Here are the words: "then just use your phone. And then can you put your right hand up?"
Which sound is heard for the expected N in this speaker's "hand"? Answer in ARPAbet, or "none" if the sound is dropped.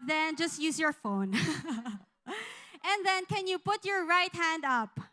N